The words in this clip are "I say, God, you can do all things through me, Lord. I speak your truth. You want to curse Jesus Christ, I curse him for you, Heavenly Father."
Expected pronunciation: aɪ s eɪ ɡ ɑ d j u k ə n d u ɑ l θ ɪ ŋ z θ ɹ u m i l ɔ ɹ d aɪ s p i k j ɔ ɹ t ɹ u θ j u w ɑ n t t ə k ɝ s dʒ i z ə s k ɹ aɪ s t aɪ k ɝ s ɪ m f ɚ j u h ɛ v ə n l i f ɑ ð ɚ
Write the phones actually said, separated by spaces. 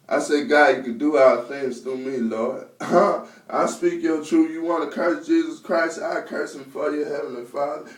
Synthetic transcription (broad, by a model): aɪ s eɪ ɡ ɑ j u k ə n d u ɑ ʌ θ ɪ ŋ z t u m i l ɔ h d aɪ s p i k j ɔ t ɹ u j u w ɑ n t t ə k ɝ s dʒ i z ə s k ɹ aɪ s t aɪ k ɝ s ɪ m f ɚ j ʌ h ɛ v ə n l i f ɑ ð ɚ